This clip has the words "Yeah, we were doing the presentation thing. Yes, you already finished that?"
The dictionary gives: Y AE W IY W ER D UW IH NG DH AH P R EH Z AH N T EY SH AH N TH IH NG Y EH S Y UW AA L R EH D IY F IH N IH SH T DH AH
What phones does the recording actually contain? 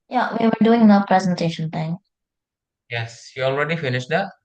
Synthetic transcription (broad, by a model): Y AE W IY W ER D UW IH NG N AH P R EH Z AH N T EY SH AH N T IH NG Y EH S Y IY AA L R EH D IY F IH N IH SH T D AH